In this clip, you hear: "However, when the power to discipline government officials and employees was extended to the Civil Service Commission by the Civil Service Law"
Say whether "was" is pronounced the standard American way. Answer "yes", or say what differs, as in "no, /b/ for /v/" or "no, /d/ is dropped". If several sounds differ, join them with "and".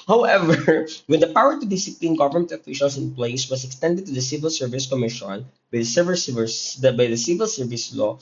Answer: no, /s/ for /z/